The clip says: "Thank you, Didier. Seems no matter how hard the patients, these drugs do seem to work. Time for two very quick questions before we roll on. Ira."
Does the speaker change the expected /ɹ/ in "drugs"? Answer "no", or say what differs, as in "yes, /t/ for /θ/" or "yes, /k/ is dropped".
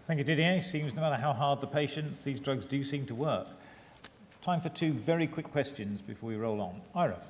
no